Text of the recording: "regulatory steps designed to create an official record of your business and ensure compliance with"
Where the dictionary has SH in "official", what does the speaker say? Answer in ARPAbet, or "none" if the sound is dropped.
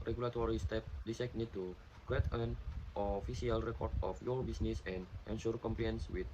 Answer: S